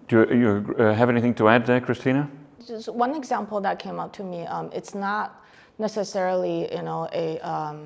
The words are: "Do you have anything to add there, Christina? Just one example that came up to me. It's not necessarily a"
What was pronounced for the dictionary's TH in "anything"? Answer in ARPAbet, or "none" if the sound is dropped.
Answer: TH